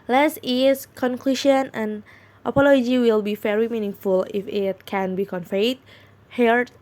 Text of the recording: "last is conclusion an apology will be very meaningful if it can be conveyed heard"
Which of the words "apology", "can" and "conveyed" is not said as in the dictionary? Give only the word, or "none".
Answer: conveyed